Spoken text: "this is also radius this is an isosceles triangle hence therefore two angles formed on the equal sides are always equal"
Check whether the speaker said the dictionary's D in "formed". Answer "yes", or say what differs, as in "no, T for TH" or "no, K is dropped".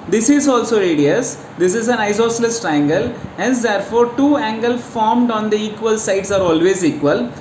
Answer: yes